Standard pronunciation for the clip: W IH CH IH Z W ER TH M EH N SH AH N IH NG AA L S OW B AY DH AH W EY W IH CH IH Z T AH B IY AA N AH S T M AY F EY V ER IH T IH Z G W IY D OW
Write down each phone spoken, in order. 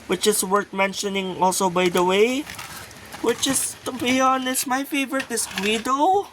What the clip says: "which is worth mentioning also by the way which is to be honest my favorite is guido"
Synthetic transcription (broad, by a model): W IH CH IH S W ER T M EH N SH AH N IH NG AA L S OW B AY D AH W EY W IH CH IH S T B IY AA N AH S M AY F EY V ER IH T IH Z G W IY D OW